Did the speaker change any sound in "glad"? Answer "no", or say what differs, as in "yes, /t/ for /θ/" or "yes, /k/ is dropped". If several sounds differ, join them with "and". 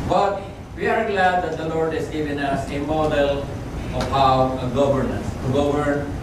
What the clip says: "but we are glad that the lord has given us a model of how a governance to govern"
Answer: no